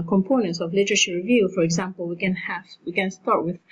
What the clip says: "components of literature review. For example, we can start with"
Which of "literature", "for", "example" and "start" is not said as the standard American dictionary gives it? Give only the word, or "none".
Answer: literature